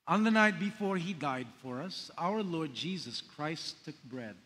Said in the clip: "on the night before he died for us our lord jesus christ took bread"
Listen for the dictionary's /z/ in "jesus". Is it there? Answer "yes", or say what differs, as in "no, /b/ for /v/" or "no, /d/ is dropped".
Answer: yes